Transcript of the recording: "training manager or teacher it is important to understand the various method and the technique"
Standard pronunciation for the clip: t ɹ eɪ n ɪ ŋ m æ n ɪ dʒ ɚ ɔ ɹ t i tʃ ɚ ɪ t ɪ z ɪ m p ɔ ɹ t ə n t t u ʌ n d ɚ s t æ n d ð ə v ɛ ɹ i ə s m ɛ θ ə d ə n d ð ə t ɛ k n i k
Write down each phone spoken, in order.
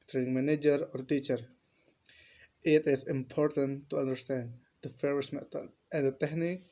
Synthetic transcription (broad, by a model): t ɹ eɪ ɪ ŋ m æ n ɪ dʒ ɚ ɔ ɹ t i tʃ ɚ ɪ t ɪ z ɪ m p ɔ ɹ t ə n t t u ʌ n d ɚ s t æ n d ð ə f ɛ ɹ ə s m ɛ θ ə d ə n d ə t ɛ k n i k